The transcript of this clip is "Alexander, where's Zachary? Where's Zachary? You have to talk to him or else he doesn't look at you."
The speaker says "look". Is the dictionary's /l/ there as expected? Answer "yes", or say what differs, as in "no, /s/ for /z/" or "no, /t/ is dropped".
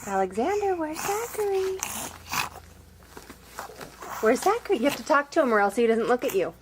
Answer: yes